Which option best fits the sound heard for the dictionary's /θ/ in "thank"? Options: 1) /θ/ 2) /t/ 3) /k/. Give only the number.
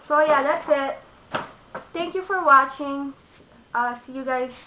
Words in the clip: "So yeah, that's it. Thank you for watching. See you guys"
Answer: 2